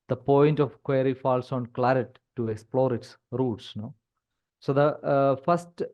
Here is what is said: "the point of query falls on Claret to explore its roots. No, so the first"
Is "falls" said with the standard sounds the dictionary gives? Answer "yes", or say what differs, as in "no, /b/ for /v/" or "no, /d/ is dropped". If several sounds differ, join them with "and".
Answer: no, /s/ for /z/